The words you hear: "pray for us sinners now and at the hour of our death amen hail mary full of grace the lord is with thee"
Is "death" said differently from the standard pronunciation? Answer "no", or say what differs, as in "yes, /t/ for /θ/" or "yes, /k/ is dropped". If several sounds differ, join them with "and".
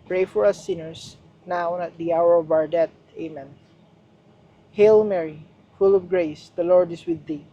yes, /t/ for /θ/